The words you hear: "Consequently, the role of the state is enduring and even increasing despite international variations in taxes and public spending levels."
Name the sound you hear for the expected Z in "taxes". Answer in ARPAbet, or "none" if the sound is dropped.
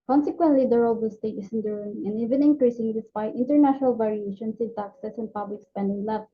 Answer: S